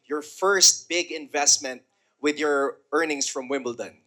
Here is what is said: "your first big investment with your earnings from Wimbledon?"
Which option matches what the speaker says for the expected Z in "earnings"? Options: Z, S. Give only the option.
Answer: S